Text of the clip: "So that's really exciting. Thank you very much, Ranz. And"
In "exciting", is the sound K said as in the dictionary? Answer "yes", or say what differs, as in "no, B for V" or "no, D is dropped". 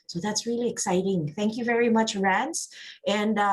yes